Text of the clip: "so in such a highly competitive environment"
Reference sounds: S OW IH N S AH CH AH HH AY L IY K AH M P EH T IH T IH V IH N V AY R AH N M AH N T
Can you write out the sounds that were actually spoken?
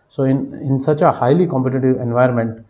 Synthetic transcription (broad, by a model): S OW IH N S AH CH AH HH AY L IY K AH M P EH T IH T IH V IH N V AY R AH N M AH N T